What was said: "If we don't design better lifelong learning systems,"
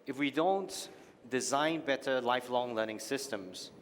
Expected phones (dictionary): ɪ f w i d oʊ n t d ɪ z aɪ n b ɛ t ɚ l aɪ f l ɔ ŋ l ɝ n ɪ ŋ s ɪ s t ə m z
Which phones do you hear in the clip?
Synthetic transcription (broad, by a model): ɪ f w i d oʊ n t d ɪ z aɪ n b ɛ t ɚ l aɪ f l ɔ ŋ l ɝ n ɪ ŋ s ɪ s t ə m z